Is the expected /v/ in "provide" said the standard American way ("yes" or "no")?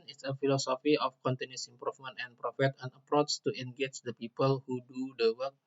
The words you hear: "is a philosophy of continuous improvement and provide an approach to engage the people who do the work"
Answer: no